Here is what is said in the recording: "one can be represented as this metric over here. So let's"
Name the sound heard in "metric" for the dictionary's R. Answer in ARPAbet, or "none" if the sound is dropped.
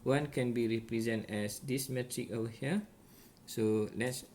R